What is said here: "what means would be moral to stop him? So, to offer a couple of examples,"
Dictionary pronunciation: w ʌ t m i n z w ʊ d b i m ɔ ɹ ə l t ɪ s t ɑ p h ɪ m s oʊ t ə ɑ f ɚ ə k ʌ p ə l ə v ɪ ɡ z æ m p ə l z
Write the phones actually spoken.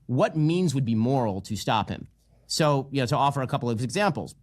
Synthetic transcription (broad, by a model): w ʌ t m i n z w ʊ d b i m ɔ ɹ l t ɪ s t ɑ p h ɪ m s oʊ t ə ɑ f ɚ ə k ʌ p l ə v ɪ ɡ z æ m p l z